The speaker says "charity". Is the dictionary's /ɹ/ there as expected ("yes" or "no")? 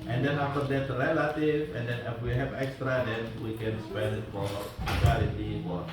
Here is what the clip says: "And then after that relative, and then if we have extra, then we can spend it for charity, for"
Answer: no